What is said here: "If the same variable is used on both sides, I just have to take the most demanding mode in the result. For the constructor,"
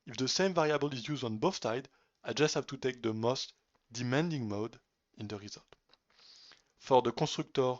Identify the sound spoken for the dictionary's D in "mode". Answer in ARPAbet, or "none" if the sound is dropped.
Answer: D